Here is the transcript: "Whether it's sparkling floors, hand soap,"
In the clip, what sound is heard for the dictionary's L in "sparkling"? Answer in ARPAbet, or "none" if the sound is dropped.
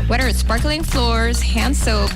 L